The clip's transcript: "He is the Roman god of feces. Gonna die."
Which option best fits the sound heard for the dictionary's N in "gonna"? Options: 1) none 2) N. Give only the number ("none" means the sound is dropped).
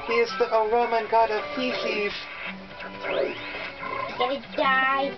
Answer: 1